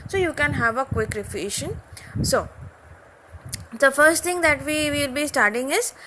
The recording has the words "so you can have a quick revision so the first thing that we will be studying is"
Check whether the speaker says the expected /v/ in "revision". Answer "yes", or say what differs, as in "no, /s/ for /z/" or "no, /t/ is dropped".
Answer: no, /f/ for /v/